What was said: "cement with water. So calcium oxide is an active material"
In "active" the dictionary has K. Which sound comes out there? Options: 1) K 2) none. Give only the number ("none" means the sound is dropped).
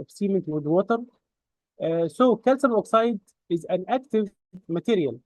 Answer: 1